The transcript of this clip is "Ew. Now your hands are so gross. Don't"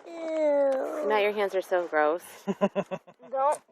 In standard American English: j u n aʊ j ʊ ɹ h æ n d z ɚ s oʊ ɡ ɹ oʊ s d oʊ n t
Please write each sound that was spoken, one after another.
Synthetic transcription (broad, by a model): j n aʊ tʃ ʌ ɹ h æ n d z ɚ s oʊ ɡ ɹ oʊ s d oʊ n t